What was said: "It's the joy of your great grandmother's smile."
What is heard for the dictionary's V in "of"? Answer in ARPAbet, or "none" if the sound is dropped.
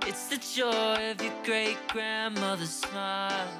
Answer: V